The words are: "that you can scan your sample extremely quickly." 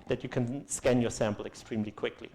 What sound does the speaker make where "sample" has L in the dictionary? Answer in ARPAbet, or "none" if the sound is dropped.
L